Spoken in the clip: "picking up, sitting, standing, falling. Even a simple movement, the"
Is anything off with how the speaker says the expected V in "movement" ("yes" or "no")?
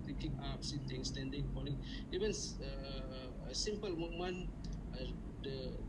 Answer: yes